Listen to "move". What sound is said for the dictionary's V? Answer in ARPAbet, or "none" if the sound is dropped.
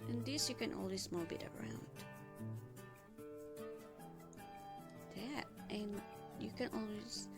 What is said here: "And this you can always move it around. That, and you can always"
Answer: B